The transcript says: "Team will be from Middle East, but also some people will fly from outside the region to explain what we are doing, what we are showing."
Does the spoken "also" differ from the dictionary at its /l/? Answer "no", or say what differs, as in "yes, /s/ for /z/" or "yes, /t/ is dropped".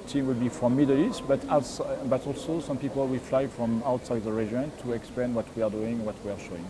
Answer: no